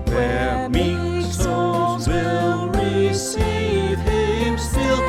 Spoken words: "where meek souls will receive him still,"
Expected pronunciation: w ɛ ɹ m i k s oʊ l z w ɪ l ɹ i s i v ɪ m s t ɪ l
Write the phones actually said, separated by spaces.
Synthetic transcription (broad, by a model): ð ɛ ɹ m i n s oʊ z w ɪ l ɹ i s i v ɪ m s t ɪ l